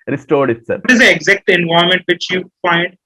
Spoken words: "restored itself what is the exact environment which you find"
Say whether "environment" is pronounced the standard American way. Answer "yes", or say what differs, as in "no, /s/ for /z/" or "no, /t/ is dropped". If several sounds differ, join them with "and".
no, /ɹ/ is dropped and /n/ is dropped